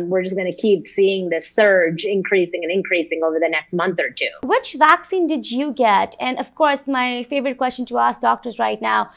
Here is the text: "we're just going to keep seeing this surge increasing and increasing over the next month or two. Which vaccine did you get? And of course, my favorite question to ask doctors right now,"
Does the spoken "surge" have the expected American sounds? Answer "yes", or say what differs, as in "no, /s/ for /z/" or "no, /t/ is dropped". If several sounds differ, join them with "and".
yes